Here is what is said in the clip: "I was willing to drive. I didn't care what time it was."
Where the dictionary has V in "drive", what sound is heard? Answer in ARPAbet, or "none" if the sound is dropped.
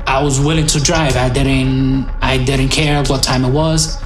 V